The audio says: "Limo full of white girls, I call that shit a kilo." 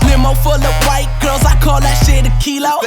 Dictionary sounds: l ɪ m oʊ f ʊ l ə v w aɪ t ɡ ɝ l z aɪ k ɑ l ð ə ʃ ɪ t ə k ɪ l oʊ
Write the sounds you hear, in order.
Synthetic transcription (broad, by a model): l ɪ m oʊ f ʊ l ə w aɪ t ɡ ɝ z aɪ k ɑ l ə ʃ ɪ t ə k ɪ l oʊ